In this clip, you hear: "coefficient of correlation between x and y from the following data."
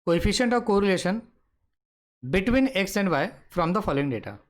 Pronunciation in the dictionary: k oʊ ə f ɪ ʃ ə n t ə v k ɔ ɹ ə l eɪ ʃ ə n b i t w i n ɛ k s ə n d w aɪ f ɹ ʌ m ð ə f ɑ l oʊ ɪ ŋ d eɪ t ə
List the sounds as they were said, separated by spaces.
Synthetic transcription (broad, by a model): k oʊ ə f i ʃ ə n t ə v k ɔ ɹ ə l eɪ ʃ ə n b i t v i n ɛ k s ə n d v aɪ f ɹ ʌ m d ə f ɑ l oʊ ɪ ŋ d eɪ t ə